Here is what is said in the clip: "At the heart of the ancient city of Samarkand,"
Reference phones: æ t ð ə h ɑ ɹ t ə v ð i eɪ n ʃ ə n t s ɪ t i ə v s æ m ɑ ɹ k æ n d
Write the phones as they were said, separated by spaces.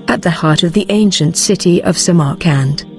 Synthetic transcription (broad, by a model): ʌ t ð ə h ɑ ɹ t ə v ð i eɪ n ʃ ə n t s ɪ t i ə v s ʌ m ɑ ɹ k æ n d